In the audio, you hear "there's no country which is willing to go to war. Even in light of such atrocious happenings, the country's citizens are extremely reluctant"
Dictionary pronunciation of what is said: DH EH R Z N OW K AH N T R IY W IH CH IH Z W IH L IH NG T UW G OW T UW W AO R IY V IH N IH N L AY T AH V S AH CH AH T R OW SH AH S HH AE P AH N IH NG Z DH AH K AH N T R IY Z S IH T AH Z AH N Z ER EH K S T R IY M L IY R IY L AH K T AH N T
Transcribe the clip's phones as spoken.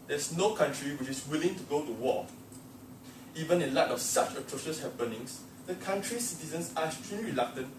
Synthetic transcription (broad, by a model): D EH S N OW K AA N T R IY W IH CH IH S W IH L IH NG T UW G OW T UW W AO IY V IH N IH N L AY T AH F S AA CH AH T R OW SH AH S HH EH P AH N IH NG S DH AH K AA N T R IY S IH T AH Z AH N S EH S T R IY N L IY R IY L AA K T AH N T